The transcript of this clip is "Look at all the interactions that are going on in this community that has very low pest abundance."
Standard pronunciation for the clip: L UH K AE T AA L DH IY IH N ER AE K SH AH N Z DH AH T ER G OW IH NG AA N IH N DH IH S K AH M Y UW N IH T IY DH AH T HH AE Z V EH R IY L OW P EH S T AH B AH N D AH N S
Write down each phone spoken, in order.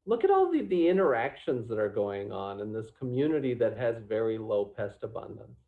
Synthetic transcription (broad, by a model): L UH K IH T AA L DH IY IH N ER AE K SH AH N Z DH AH T ER G OW IH NG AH N IH N DH IH S K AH M Y UW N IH T IY DH AH T HH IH Z V EH R IY L OW P EH S T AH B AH N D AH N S